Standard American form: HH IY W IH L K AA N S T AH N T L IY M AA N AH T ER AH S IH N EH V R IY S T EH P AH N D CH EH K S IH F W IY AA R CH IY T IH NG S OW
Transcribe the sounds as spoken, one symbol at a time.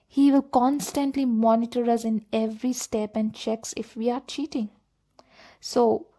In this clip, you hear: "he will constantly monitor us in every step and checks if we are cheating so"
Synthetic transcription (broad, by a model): HH IY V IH L K AA N S T AH N T L IY M AA N AH T ER AH S IH N EH V R IY S T EH P AH N D CH EH K S IH F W IY AA R CH IY T IH NG S OW